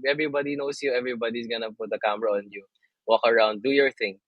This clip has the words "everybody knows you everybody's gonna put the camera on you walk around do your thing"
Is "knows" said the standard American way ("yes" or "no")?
no